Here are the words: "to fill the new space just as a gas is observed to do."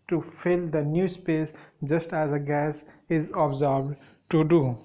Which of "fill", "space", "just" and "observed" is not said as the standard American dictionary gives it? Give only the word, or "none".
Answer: observed